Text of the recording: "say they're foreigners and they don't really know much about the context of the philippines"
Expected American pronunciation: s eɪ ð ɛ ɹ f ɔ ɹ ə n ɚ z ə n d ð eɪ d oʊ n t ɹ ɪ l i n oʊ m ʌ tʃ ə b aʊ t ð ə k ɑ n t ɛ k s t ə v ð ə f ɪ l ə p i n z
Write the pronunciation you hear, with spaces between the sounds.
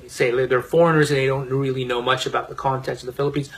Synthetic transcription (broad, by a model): s eɪ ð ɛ ɹ f ɔ ɹ ə n ɚ z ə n ð eɪ d oʊ n t ɹ ɪ l i n oʊ m ʌ tʃ ə b aʊ t ð ə k ɑ n t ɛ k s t ə v ð ə f ɪ l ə p i n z